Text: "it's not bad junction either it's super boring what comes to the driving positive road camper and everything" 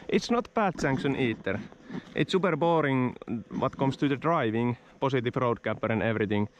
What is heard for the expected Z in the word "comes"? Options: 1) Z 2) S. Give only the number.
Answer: 2